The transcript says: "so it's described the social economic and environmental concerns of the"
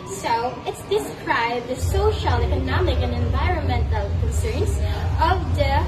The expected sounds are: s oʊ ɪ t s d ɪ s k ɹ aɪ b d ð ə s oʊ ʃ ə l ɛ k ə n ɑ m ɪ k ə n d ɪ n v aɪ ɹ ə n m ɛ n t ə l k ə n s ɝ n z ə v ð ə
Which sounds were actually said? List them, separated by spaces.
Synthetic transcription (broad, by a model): s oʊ ɪ t s d ɪ s k ɹ aɪ b d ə s oʊ ʃ ə l ɛ k ə n ɑ m ɪ k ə n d ɪ n v aɪ ɹ ə n m ɛ n t ə l k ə n s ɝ n s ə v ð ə